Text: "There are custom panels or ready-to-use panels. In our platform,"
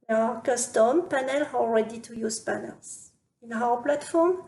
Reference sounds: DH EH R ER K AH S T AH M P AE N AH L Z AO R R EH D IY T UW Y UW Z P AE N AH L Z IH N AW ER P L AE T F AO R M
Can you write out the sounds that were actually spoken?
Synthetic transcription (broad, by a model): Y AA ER K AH S T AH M P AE N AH L AO L R EH D IY T UW Y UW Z P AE N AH L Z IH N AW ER P L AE T F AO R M